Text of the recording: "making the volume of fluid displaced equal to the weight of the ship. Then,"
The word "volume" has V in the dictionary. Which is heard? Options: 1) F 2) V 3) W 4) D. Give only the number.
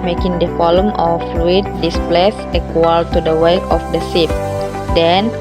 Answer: 1